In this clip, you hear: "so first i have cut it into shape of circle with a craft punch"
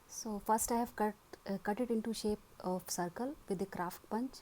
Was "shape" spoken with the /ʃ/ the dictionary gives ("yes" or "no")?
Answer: yes